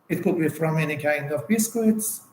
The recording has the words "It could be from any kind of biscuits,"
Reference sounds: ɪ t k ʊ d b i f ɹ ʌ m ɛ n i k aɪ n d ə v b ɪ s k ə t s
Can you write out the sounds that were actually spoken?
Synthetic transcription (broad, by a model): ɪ t k ʊ d b i f ɹ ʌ m ɛ n i k aɪ n d ə v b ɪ s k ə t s